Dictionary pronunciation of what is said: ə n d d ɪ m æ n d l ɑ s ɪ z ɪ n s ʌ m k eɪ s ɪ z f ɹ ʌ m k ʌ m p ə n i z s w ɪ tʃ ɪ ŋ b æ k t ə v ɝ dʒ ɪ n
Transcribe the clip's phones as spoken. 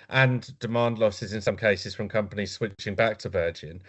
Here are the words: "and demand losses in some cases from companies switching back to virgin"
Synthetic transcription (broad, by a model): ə n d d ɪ m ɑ n d l ɑ s ɪ z ɪ n s ʌ m k eɪ s ɪ z f ɹ ʌ m k ʌ m p ə n i z s w ɪ tʃ ɪ ŋ b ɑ k t ə v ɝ dʒ ɪ n